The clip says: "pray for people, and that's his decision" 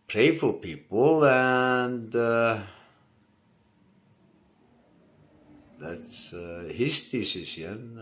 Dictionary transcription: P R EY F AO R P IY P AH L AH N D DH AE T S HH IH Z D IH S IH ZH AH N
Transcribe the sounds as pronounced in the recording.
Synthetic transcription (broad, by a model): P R EY F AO L P IY P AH L AH N D DH AE T S HH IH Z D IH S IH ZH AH N